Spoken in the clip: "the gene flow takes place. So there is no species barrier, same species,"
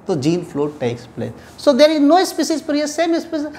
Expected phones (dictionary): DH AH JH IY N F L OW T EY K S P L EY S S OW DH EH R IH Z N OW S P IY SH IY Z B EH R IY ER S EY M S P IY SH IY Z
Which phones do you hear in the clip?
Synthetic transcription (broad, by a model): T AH JH IY N F L OW T EY K S P L EY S S OW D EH R IH Z N OW S P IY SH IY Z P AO R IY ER S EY M S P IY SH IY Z